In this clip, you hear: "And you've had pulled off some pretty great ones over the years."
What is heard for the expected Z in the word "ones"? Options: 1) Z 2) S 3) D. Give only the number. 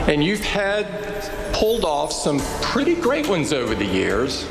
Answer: 1